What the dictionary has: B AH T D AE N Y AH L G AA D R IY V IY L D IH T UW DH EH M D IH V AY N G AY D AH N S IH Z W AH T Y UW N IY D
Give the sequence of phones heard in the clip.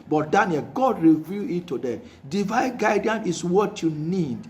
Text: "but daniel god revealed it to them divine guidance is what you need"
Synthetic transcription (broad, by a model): B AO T D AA N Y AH L G AA D R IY V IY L IH T UW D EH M D IH V AY N G AY D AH N IH S W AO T Y UW N IY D